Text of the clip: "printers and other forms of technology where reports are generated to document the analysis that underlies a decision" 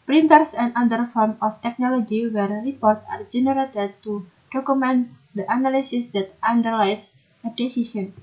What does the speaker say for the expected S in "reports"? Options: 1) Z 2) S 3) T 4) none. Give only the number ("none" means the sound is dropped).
4